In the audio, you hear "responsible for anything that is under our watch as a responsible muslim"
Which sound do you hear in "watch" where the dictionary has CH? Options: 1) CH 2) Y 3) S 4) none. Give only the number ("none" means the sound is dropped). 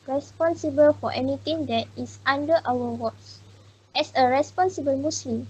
3